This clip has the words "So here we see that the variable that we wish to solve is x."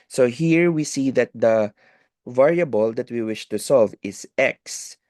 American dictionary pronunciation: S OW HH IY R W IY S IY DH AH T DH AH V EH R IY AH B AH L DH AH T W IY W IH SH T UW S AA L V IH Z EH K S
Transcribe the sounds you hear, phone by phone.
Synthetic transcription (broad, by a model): S OW HH IY R W IY S IY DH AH T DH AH V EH R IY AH B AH L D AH T W IY W IH SH T UW S AA L V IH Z EH K S